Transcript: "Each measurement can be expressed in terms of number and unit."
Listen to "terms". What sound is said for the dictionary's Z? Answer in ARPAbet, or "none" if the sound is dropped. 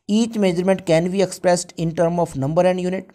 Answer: none